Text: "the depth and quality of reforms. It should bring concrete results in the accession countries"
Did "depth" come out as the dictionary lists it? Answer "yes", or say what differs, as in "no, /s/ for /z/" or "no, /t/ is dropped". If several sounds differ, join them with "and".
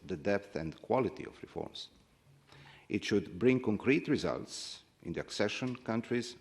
yes